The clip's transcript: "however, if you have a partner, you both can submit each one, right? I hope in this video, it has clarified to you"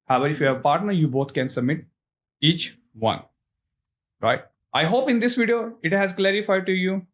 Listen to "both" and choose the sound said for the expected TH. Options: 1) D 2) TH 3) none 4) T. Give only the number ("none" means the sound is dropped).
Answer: 4